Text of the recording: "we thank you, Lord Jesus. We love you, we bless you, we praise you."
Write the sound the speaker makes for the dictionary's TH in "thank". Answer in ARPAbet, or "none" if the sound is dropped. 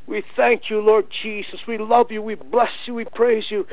TH